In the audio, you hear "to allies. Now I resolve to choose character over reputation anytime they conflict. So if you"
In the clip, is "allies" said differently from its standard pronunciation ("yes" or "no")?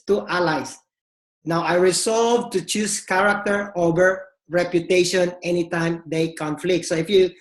yes